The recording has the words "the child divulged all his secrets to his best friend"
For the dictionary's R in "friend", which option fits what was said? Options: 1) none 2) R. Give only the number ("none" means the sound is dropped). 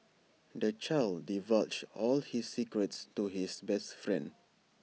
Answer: 2